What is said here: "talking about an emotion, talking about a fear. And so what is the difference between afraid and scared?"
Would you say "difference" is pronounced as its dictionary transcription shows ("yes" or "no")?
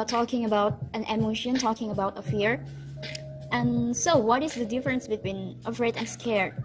yes